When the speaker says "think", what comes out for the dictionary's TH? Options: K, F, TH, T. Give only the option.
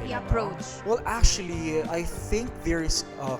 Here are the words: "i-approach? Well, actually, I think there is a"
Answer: TH